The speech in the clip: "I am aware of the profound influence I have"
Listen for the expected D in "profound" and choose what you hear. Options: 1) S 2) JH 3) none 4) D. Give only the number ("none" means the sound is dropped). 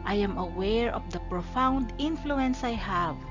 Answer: 4